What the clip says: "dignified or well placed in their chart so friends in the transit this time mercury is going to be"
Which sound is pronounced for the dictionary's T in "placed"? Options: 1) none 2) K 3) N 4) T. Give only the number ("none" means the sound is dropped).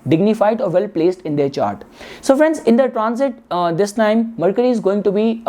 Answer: 4